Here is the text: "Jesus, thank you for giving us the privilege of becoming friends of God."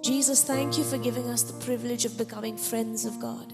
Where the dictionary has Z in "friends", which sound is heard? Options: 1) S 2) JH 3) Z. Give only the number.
3